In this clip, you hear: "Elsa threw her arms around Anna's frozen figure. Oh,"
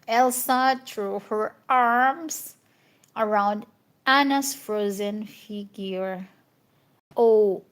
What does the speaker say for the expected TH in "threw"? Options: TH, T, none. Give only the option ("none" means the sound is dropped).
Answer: T